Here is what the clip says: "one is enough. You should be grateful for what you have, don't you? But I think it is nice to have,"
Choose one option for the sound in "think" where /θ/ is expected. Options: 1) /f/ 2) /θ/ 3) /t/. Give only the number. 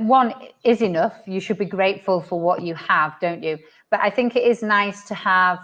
2